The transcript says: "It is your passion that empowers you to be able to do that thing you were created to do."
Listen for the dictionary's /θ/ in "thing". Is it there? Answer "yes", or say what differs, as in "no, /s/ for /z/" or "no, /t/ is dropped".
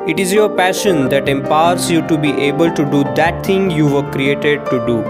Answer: no, /t/ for /θ/